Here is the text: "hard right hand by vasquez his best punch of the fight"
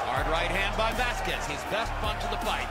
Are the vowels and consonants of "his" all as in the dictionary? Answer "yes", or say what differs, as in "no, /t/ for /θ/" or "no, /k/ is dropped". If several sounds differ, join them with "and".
yes